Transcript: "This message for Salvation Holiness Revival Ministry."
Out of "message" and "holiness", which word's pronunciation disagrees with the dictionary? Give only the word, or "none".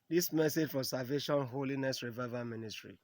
none